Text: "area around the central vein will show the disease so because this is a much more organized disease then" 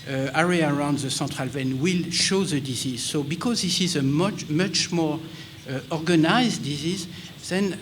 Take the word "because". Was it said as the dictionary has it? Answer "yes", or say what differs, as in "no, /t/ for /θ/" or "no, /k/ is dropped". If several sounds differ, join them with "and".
yes